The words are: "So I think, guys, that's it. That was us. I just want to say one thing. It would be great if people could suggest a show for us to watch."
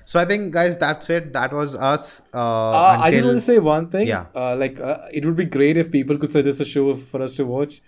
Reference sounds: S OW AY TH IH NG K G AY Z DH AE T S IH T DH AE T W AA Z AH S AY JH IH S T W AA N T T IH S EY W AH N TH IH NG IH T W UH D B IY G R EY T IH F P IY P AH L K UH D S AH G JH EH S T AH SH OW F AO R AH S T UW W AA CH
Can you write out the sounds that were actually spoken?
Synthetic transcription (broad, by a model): S OW AY T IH NG K G AY Z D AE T S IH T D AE T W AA Z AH S AY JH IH S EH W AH N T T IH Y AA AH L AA IH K IH T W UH D B IY G R EY T IH F P IY P AH L K UH D S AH JH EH S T AH SH OW F AO R AH S T UW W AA CH